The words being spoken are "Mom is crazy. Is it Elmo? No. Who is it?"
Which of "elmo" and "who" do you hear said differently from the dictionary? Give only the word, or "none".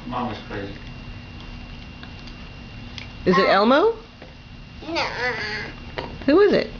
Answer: none